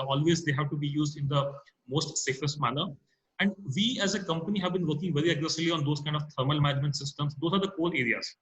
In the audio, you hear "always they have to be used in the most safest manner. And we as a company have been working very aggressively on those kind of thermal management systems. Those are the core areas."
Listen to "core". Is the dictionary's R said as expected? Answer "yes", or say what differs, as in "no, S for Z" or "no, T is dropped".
no, L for R